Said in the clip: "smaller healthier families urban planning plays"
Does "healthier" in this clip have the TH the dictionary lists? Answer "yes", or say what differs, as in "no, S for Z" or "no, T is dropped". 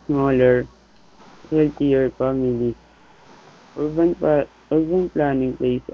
no, T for TH